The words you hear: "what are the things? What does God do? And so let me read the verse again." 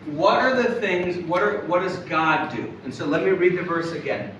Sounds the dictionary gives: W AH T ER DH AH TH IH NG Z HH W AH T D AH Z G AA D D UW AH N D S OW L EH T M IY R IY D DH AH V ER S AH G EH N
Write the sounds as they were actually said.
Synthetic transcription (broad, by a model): W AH T ER DH AH TH IH NG Z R W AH T D AH Z G AA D D UW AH N S OW L EH T M IY R IY D DH AH V ER S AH G EH N